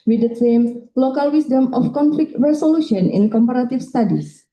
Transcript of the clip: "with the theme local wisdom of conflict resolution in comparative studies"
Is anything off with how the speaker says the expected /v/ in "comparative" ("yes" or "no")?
yes